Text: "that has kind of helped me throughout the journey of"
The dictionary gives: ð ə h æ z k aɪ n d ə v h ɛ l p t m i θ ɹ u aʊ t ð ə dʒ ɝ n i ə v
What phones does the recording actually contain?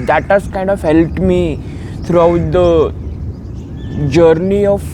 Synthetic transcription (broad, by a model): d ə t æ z k aɪ n d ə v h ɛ l t m i t ɹ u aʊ t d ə dʒ ɝ n i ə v